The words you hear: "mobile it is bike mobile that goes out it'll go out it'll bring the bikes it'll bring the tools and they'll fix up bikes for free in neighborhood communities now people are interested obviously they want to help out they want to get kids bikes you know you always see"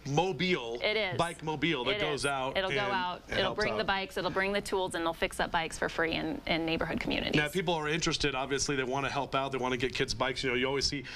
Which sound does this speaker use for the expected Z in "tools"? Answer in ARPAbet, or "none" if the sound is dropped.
Z